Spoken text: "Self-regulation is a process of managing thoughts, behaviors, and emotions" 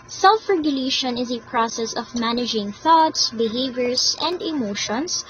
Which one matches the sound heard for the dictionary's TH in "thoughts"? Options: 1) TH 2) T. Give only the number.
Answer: 1